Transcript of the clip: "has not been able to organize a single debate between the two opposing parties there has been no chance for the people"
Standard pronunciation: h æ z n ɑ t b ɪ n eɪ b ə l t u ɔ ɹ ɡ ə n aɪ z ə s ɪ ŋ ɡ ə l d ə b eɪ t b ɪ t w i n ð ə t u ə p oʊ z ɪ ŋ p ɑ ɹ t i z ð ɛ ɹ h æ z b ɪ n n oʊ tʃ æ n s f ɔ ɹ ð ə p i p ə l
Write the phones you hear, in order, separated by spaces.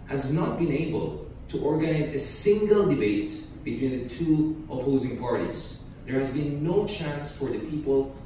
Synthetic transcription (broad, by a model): h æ z n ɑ t b ɪ n eɪ b ə l t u ɔ ɹ ɡ ə n aɪ z ə s ɪ ŋ ɡ ə l d ə b eɪ t b ɪ t w i n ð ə t u ə p oʊ z ɪ ŋ p ɑ ɹ t i z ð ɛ ɹ h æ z b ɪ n n oʊ tʃ æ n s f ɔ ɹ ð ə p i p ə l